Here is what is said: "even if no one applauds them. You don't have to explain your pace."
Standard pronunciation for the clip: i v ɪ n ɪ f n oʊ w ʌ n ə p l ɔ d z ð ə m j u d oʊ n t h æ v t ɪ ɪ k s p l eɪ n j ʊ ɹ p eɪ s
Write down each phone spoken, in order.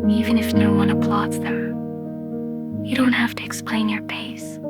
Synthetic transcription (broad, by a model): i v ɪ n ɪ f n oʊ w ʌ n ə p l ɔ d z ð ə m j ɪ d oʊ n t h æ f t ɪ ɪ k s p l eɪ n j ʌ ɹ p eɪ s